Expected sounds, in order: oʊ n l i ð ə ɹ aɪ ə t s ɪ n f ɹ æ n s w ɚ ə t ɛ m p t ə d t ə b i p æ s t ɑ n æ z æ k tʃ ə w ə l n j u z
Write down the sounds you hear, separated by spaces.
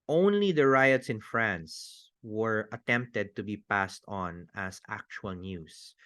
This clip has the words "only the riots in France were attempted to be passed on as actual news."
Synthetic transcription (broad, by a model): oʊ n l i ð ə ɹ aɪ ə t s ɪ n f ɹ æ n s w ɚ ə t ɛ m p t ə d t ə b i p æ s t ɑ n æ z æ k tʃ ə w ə l n j u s